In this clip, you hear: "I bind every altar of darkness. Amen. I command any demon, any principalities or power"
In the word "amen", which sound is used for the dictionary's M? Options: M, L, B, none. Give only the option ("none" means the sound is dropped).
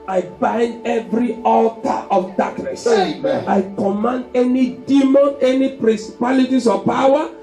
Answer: none